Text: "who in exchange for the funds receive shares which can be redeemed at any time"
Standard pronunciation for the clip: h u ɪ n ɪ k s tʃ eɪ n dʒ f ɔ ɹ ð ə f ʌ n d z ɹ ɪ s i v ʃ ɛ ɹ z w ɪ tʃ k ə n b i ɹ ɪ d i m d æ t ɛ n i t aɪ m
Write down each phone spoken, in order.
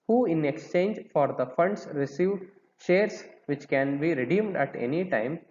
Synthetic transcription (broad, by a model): h u ɪ n ɪ k s tʃ eɪ n dʒ f ɔ ɹ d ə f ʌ n d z ɹ ɪ s i v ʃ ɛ ɹ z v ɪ tʃ k ə n b i ɹ ɪ d i m d æ t ɛ n i t aɪ m